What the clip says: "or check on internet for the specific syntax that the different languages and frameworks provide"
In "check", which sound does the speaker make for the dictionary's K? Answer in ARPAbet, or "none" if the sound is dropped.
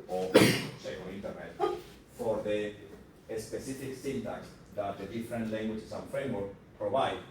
none